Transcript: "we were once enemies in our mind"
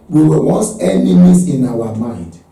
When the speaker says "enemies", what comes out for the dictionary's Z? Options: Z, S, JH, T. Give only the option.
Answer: S